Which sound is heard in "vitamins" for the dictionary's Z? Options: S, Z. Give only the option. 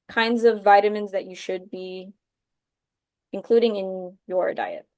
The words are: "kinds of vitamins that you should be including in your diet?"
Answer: Z